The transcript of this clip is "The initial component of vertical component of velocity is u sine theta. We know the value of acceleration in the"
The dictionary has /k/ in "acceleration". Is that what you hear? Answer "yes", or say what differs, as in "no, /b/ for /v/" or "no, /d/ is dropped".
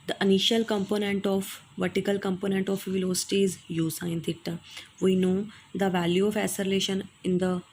no, /k/ is dropped